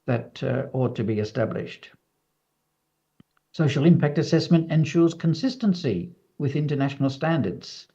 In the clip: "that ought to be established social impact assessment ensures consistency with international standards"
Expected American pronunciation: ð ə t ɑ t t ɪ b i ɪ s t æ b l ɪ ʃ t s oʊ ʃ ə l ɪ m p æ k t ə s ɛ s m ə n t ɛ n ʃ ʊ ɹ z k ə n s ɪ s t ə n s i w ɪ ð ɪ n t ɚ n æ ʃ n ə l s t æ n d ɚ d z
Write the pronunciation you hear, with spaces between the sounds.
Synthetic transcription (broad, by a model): ð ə t ɑ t t ɪ b i ɪ s t æ b l ɪ ʃ t s oʊ ʃ l ɪ m p æ k t ə s ɛ s m ə n t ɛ n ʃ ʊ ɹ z k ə n s ɪ s t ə n s i w ɪ ð ɪ n t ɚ n æ ʃ n l s t æ n d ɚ d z